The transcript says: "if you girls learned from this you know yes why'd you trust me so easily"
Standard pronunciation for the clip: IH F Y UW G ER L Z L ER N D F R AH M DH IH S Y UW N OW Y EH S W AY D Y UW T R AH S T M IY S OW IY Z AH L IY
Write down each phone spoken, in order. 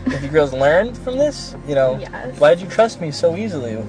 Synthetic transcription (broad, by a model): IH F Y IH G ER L Z L ER N D F R AH M DH IH S Y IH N OW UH W AY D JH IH T R AH S T M IY S OW IY Z L IY